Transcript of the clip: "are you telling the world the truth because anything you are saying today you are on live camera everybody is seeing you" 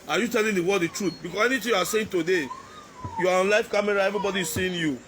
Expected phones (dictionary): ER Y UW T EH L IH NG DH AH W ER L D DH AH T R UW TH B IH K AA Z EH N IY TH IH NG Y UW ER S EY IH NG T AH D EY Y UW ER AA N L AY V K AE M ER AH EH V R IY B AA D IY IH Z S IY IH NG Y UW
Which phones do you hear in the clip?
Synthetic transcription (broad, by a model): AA Y UW T EH L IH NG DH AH W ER D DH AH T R UW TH B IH K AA S EH N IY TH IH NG Y UW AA S EY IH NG T AH D EY Y UW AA AA N L AY F K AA M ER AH EH V R IY B AA D IY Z S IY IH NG Y UW